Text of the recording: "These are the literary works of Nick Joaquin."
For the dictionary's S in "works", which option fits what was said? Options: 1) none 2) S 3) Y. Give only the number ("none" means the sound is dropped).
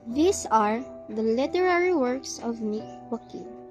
2